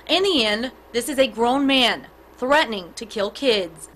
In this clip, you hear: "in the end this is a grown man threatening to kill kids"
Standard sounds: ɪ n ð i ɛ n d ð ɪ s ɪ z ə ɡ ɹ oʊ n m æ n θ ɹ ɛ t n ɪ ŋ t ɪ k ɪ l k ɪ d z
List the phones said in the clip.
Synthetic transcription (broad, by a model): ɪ n ð i ɛ n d ð ɪ s ɪ z ə ɡ ɹ oʊ n m æ n θ ɹ ɛ t n ɪ ŋ t ɪ k ɪ l k ɪ d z